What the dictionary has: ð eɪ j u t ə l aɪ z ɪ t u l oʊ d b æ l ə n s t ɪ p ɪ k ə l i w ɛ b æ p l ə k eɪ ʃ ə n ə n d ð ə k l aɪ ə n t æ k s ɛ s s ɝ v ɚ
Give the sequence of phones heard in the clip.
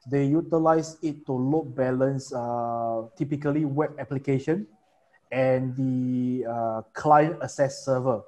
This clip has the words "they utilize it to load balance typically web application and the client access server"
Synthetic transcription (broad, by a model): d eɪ j u t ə l aɪ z ɪ t u l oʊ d b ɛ l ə n s t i p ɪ k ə l i w ɛ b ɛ p l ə k eɪ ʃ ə n ə n d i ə k l aɪ ə n t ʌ s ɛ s s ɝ v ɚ